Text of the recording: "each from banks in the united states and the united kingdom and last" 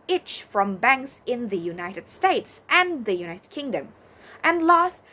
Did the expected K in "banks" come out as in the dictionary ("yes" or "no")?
yes